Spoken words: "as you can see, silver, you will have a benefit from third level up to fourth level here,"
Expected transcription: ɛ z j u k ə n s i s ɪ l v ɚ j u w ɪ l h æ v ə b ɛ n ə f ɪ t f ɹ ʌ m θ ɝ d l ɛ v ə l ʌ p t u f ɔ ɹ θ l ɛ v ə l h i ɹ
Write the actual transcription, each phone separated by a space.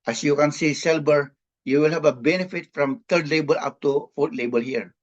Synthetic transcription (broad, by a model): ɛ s j u k ə n s i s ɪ l b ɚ j u w ɪ l h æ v ə b ɛ n ə f ɪ t f ɹ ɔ m t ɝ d l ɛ b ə l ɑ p t u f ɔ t l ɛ b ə l h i ɹ